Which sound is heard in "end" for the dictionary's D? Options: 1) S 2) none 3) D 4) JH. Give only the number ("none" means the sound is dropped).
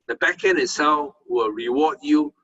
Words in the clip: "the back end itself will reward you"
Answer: 2